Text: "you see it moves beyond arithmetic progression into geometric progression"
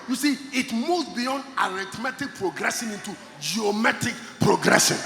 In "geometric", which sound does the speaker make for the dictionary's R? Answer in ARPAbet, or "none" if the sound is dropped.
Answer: none